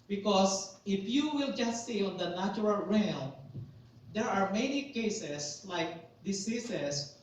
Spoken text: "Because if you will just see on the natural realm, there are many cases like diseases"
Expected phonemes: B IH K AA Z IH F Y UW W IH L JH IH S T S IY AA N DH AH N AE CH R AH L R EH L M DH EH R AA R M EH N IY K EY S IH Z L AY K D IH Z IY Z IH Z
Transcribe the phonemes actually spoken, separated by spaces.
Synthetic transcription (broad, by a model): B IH K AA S IH F Y UW W IH L JH IH S T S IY AA N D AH N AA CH R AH L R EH L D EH R AA R M EH N IY K EY S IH S L AY K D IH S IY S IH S